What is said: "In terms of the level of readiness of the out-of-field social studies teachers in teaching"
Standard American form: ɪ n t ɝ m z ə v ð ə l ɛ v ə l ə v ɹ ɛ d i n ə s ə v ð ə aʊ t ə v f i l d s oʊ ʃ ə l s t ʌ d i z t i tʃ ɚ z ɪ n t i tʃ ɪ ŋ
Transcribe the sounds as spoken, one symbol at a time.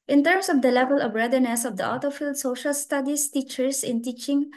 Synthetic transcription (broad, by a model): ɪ n t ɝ m s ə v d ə l ɛ v ə l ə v ɹ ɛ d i n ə s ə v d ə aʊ t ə f i l d s oʊ ʃ ə l s t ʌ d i s t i tʃ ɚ s ɪ n t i tʃ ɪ ŋ